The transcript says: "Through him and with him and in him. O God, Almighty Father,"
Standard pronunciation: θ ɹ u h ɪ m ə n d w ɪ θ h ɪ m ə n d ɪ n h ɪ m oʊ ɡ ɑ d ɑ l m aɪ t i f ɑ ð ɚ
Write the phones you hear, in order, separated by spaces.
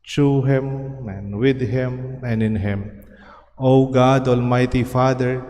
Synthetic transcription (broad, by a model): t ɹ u h ɪ m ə n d w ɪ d h ɪ m ə n d ɪ n h ɪ m oʊ ɡ ɑ d ɑ l m aɪ t i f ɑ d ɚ